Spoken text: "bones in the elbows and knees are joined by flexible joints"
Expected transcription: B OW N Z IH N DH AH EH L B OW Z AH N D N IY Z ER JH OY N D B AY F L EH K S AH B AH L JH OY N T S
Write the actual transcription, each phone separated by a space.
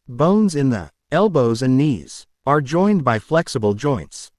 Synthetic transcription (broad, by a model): B OW N Z IH N DH AH EH L B OW Z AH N N IY Z ER JH OY N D B AY F L EH K S AH B AH L JH OY N T S